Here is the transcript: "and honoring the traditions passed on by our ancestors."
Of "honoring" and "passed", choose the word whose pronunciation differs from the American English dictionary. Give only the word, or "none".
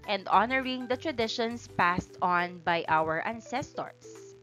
none